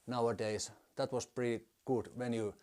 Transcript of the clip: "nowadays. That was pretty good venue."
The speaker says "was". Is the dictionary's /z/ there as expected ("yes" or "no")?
no